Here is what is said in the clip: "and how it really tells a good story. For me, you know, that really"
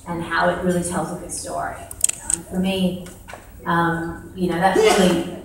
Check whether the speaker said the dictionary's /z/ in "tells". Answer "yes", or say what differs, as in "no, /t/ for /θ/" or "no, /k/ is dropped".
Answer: yes